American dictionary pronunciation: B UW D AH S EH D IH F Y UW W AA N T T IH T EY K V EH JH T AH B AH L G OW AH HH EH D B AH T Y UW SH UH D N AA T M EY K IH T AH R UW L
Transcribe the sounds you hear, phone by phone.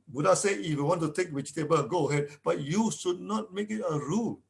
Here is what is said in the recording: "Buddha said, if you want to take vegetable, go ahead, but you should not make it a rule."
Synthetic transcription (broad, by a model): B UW D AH S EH IH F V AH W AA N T T IH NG K W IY CH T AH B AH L G OW AH HH EH D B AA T Y UW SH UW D N AA T M EY K IH T AH R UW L